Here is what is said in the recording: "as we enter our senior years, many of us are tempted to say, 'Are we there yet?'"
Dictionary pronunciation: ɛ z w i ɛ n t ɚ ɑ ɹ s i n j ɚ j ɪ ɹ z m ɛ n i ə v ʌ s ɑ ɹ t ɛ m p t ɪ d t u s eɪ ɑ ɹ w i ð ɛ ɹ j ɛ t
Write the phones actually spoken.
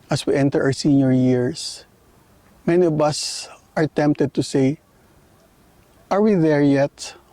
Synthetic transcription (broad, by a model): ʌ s w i ɛ n t ɚ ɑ w s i n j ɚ j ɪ ɹ s m ɛ n i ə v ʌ s ɑ ɹ t ɛ m p t ɪ d t u s eɪ ɑ ɹ w i ð ɛ ɹ j ɛ t